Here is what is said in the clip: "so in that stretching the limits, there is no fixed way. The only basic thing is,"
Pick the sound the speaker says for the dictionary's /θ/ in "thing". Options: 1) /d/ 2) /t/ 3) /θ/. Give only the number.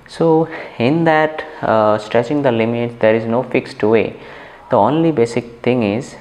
2